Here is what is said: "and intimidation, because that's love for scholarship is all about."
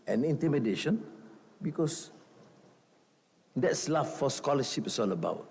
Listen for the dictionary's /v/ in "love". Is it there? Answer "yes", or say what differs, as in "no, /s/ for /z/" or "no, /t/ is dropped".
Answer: no, /f/ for /v/